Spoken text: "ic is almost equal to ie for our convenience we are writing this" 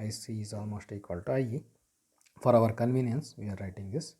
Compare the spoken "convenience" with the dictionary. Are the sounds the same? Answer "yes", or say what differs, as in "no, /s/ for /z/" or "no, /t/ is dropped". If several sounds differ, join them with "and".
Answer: yes